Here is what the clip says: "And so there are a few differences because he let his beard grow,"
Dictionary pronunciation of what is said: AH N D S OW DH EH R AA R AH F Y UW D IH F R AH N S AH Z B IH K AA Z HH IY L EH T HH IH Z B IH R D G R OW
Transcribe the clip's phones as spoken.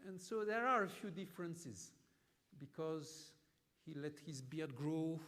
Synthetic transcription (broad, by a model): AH N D S OW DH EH R AA R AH F Y UW D IH F R AH N S AH Z B IH K AA Z HH IY L EH T HH IH Z B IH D G R OW